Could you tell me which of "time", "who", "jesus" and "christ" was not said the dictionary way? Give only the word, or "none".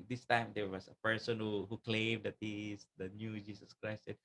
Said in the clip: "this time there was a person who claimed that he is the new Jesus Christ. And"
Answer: jesus